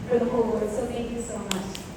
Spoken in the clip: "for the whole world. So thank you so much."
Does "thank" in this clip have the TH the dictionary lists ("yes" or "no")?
no